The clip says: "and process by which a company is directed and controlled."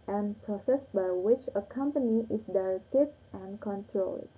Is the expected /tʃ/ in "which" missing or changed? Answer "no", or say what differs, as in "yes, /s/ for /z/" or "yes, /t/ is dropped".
no